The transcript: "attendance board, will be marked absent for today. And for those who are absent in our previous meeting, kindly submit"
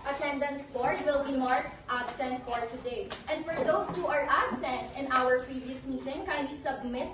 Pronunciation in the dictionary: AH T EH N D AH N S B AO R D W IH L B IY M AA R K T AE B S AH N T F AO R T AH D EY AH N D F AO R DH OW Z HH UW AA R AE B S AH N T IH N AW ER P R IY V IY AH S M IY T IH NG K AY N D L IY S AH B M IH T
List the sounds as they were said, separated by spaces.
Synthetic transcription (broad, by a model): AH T EH N D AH N S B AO R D W IH L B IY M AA R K T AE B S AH N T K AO R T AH D EY AH N D F AO R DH OW S HH UW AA R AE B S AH N T IH N AW ER P R IY V IY AH S M IY T IH NG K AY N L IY S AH B M IH T